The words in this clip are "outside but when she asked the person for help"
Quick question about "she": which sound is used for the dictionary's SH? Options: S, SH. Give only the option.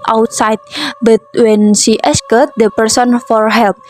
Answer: S